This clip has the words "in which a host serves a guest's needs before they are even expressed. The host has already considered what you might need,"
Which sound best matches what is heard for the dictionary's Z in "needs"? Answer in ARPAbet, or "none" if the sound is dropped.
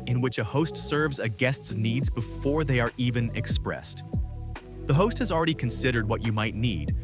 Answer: Z